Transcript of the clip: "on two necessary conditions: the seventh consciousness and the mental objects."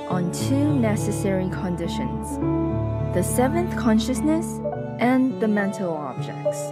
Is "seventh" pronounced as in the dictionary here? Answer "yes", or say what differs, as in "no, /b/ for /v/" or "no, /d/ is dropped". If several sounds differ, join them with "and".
yes